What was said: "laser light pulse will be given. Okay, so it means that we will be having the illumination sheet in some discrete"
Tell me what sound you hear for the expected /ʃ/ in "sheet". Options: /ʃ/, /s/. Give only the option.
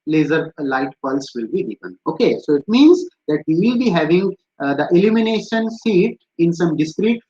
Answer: /s/